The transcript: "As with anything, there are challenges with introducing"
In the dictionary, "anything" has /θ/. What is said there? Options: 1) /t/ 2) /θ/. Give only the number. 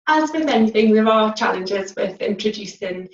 2